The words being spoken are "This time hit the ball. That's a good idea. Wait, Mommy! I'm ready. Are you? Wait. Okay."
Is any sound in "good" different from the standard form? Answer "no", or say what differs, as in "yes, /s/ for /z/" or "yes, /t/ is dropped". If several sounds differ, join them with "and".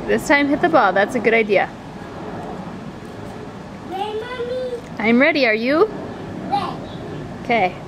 no